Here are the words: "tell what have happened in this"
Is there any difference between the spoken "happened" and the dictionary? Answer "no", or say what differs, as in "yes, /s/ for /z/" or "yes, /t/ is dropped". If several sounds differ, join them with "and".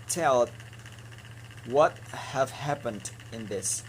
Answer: no